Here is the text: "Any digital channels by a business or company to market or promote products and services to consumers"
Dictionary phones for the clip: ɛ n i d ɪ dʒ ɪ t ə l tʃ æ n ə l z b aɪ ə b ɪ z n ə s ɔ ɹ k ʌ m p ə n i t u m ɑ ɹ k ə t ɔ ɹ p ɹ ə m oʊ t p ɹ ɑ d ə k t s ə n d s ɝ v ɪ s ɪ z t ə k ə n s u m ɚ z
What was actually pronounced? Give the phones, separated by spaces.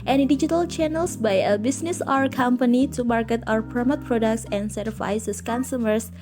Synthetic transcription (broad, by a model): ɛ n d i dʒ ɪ t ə l tʃ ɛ n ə l s b aɪ ə b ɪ s n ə s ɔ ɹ k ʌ m p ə n i t u m ɑ ɹ k ə t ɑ w p ɹ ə m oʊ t p ɹ ɑ d ə k t s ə n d s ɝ ɪ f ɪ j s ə k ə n s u m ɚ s